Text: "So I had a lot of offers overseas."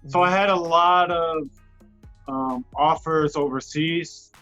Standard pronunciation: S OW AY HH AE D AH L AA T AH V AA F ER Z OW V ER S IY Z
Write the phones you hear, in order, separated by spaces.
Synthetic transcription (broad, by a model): S OW AY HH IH D AH L AA T AH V AA F ER Z OW V ER S IY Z